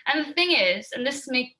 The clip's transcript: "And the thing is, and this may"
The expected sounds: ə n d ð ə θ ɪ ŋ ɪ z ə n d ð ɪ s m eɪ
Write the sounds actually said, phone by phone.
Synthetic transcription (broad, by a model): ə n ð ə θ ɪ ŋ ɪ z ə n ð ɪ s m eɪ